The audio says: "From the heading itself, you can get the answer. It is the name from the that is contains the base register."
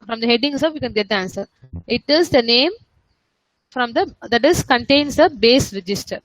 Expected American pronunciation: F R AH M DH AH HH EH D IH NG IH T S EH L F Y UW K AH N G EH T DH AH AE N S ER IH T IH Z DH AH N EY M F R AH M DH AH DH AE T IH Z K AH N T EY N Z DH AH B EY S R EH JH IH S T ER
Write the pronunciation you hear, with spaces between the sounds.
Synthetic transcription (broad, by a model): F R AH M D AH HH EH D IH NG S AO F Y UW K AH N G EH T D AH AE N S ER IH T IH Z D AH N EY M F R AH M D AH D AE T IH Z K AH N T EY N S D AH B EY S R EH JH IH S T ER